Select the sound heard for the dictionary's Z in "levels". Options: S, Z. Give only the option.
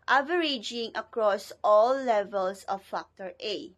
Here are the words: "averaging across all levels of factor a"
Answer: S